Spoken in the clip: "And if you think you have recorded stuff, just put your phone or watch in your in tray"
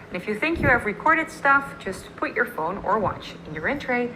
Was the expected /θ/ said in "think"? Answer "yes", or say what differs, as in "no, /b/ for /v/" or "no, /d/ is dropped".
yes